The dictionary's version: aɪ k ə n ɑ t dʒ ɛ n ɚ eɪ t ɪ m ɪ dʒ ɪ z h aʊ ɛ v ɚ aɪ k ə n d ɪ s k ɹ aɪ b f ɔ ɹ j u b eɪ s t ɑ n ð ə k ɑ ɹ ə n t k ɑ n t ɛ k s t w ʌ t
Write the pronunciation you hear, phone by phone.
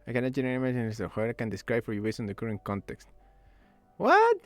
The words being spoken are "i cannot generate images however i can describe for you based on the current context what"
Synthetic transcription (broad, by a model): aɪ k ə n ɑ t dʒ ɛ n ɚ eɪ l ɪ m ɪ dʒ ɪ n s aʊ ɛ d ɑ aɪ k ə n d ɪ s k ɹ aɪ b f ɔ ɹ j u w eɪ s ɑ n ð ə k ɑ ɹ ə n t k ɑ n t ɛ k s t w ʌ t